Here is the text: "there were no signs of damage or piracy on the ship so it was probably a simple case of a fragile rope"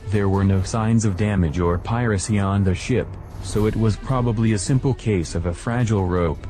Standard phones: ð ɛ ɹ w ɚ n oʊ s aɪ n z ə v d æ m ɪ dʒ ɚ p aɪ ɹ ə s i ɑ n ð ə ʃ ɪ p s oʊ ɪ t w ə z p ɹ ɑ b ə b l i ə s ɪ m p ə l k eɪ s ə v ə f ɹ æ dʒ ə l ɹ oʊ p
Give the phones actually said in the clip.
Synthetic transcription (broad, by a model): ð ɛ ɹ w ɚ n oʊ s aɪ n z ə v d æ m ɪ dʒ ɚ p aɪ ɹ ə s i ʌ n ð ə ʃ ɪ p s oʊ ɪ t w ə z p ɹ ɑ b ə b l i ə s ɪ m p l k eɪ s ə v ə f ɹ æ dʒ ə l ɹ oʊ p